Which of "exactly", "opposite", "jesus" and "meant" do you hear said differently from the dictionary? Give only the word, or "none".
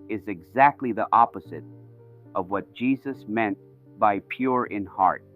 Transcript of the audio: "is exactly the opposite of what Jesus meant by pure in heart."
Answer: none